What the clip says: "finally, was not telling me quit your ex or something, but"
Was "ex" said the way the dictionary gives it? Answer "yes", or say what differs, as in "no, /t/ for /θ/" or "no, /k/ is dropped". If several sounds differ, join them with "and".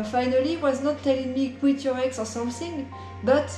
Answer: yes